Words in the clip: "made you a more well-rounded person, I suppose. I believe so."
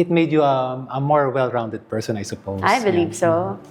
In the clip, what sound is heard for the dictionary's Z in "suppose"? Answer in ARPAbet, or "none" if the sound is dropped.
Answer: none